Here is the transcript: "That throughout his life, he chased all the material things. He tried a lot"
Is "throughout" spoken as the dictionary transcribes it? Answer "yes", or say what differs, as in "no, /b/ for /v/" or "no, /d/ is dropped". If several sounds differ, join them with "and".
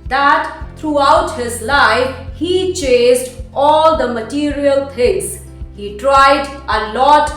no, /t/ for /θ/